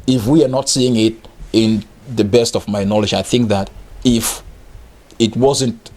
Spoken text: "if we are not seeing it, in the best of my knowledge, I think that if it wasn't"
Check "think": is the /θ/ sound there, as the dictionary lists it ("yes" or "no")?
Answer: yes